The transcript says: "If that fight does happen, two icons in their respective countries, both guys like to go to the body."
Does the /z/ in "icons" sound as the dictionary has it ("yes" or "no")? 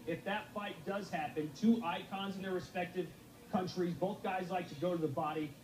yes